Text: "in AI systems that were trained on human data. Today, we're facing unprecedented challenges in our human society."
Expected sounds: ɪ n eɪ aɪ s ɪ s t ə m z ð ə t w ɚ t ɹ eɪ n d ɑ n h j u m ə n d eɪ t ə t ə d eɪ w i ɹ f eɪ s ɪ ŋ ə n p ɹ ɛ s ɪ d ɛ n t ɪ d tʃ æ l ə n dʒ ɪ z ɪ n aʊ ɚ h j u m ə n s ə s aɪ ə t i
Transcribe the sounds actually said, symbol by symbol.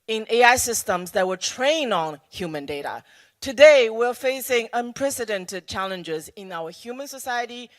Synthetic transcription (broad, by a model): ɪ n eɪ aɪ s ɪ s t ə m z ð ə t w ɚ t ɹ eɪ n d n h j u m ə n d eɪ t ə t ə d eɪ w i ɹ f eɪ s ɪ ŋ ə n p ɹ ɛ s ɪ d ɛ n t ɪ d tʃ æ l ə n dʒ ɪ z ɪ n aʊ ɚ h j u m ə n s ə s aɪ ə t i